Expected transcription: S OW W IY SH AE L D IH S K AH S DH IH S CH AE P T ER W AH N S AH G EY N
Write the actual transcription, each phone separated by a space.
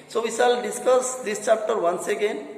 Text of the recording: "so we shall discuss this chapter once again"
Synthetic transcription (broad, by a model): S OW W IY S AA L D IH S K AH S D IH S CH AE P T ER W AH N S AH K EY N